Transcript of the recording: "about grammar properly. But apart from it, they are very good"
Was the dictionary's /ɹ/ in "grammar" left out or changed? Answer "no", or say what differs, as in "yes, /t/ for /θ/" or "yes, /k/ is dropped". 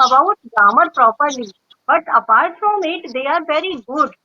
yes, /ɹ/ is dropped